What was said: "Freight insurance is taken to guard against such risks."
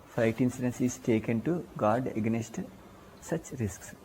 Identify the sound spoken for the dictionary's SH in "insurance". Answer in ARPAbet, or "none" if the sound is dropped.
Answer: S